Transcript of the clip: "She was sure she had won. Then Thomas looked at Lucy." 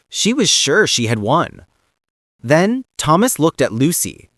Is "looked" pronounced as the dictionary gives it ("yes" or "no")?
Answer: yes